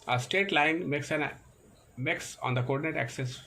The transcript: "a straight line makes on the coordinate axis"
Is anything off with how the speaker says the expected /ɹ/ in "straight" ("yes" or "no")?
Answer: yes